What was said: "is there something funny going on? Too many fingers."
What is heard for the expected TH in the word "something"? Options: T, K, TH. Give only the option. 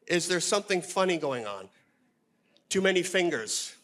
TH